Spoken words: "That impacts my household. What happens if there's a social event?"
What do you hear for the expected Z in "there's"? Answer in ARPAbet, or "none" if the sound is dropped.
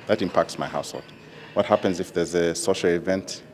Z